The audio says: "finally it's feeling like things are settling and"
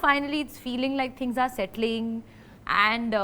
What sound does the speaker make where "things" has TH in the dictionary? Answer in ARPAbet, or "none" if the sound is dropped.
T